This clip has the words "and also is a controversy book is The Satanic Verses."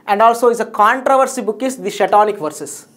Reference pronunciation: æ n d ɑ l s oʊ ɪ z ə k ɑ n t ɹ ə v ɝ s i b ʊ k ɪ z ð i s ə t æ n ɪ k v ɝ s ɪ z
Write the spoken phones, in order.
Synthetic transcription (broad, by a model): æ n d ɑ l s oʊ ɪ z ə k ɑ n t ɹ ə v ɝ s i b ʊ k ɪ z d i ʃ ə t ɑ n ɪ k v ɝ s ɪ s